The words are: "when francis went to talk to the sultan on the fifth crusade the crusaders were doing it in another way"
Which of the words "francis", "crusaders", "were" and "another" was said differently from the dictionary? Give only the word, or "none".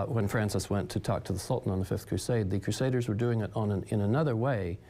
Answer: none